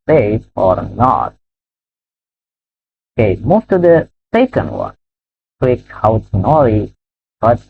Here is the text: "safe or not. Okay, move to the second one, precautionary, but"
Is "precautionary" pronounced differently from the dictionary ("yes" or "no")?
yes